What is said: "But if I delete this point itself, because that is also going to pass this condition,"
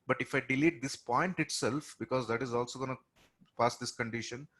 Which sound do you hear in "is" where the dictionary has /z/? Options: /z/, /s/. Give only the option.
/z/